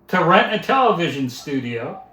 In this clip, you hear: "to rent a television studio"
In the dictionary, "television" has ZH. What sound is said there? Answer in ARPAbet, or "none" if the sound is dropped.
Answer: ZH